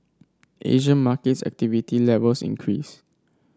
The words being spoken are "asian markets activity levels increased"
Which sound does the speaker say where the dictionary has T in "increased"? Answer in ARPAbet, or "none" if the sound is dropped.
none